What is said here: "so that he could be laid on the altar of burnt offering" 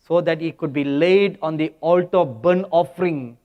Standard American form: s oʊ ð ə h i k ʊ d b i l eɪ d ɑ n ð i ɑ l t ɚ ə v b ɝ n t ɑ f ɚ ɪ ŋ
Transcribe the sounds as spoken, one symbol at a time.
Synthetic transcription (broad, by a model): s oʊ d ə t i k ʊ d b i l eɪ d ɑ n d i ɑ l t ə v b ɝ n ɑ f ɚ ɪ ŋ